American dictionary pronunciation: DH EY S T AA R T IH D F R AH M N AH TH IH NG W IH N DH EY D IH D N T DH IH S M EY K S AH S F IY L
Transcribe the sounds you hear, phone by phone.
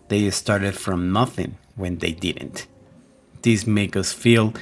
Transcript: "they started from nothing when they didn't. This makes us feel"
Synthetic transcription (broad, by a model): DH EY S T AA R T IH D F R AH M N AH TH IH NG W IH N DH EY D IH D N T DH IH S M EY K AH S F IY L